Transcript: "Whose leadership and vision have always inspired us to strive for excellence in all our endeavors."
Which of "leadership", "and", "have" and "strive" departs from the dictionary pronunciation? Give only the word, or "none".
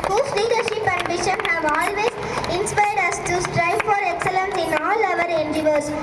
none